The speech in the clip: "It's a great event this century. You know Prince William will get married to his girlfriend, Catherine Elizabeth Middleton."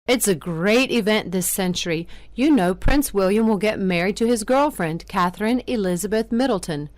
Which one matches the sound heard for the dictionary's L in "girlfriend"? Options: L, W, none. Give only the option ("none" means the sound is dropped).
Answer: L